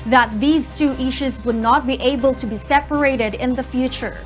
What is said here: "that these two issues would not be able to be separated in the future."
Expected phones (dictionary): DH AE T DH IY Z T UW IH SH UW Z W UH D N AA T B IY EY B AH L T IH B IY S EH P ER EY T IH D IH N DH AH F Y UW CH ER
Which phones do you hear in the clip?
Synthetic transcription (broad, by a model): DH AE T DH IY Z T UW IH SH UW Z W UH D N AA T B IY EY B AH L T IH B IY S EH P ER EY T IH D IH N DH AH F Y UW CH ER